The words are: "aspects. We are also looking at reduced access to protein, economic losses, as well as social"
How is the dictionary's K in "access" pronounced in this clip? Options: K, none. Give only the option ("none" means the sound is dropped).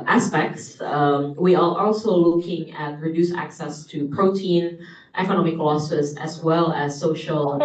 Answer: K